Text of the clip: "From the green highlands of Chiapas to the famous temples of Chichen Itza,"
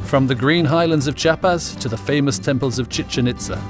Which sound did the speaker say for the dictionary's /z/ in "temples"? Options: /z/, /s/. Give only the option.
/z/